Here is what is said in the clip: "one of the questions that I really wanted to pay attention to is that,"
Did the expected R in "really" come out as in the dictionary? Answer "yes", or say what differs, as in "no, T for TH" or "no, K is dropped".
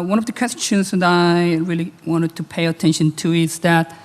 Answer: yes